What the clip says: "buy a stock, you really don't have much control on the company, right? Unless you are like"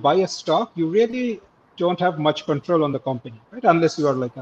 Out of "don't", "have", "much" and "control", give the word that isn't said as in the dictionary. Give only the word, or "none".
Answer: none